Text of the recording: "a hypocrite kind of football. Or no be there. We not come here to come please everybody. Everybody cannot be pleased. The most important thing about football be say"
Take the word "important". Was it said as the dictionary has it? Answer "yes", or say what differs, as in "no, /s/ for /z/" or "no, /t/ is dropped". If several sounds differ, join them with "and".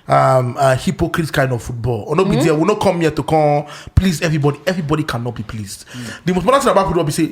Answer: no, /p/ is dropped and /n/ is dropped